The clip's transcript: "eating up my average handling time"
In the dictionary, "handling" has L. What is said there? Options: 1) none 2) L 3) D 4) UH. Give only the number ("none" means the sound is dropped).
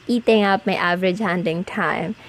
1